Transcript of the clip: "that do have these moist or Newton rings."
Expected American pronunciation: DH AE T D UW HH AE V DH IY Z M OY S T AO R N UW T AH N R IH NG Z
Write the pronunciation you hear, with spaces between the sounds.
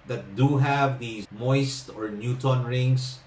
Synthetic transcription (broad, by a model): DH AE T D UW HH AE V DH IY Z M OY S T AO R N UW T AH N R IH NG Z